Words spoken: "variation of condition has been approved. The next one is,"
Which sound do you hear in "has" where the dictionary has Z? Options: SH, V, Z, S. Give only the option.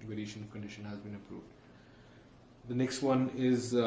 Z